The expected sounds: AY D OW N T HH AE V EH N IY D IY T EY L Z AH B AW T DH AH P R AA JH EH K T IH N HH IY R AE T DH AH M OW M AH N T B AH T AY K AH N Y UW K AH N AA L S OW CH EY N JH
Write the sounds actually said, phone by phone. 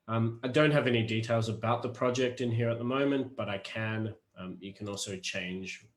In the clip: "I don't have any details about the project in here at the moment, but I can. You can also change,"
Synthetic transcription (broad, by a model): AY D OW N T HH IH V EH N IY D IY T EY L Z AH B AW T DH AH P R AA JH EH K T IH N HH IY R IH T DH AH M OW M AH N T B AH T AY K AH N Y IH K AH N AA L S OW CH EY N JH